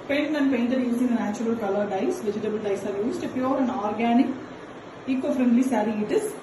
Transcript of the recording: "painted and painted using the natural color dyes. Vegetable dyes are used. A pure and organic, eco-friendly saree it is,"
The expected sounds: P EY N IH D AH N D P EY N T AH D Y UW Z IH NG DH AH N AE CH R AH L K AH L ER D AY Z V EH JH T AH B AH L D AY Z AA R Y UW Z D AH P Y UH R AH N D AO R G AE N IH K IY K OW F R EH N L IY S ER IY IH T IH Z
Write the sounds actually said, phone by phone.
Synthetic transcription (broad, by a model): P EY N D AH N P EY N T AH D Y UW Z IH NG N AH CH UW R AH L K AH L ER D AY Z V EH JH T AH B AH L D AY S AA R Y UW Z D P Y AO R AH N D AO R G AE N IH K IY K OW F R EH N L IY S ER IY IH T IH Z